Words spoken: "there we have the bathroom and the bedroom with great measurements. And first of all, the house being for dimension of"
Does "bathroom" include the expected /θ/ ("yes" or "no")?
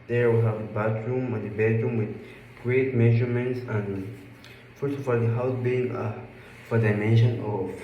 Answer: no